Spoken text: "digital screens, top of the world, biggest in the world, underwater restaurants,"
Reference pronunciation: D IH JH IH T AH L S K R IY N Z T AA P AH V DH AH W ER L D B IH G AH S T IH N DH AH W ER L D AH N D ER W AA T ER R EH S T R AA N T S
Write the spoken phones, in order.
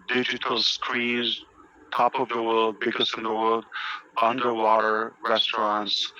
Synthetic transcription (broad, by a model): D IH JH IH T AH L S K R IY Z T AA P AH V DH AH W ER L D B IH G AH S IH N DH AH W ER L D AH N D ER W AA T ER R EH S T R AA N T S